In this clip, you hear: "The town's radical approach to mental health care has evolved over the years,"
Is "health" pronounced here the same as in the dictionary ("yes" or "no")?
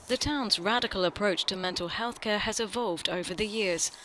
yes